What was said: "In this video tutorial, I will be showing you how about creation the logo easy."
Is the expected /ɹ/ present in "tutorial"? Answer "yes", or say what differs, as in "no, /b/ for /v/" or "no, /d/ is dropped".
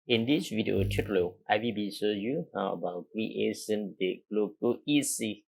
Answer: no, /l/ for /ɹ/